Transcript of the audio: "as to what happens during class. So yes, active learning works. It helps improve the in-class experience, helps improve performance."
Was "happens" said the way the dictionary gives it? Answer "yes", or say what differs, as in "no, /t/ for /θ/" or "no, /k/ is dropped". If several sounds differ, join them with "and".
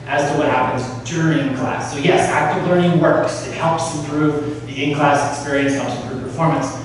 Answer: yes